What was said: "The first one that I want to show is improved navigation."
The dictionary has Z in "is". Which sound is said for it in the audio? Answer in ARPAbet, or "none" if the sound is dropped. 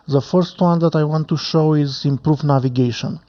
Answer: Z